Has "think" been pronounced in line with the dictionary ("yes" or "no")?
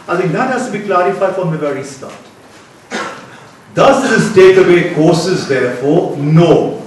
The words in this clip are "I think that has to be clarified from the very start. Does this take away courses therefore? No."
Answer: no